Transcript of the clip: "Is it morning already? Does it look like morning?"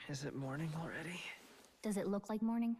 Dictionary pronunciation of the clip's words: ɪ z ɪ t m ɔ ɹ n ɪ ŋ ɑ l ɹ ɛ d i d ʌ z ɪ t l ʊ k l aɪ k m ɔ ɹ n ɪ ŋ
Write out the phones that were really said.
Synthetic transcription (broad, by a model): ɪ z ɪ t m ɔ ɹ n ɪ ŋ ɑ l ɹ ɛ d i d ʌ z ɪ t l ʊ k l aɪ k m ɔ ɹ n ɪ ŋ